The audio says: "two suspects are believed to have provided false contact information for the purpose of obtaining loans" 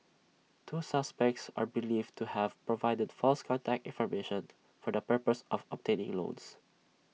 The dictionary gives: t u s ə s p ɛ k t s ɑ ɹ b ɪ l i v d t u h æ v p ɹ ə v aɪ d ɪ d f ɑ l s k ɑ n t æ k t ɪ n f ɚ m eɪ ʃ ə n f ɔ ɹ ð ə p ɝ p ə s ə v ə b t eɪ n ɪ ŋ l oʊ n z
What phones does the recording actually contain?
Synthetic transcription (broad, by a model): t u s ə s p ɛ k t s ɑ ɹ b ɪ l i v t u h æ v p ɹ ə v aɪ d ɪ d f ɑ l s k ɑ n t æ k t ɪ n f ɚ m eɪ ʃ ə n f ɔ ɹ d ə p ɝ p ə s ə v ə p t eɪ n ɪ ŋ l oʊ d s